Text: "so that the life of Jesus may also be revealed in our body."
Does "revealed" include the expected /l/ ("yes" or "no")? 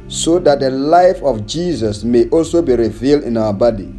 yes